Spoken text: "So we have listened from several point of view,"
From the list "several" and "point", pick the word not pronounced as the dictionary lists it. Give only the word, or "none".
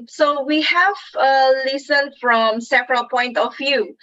several